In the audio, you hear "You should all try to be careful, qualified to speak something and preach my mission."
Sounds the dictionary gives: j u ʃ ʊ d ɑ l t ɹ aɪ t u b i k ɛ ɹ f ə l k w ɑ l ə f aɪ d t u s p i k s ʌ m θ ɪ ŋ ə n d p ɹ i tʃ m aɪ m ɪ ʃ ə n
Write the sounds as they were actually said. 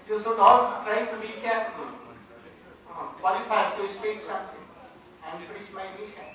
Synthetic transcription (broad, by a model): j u s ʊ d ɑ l t ɹ aɪ t u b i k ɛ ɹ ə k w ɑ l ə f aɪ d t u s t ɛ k s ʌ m t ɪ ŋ ə n d p ɹ i tʃ m aɪ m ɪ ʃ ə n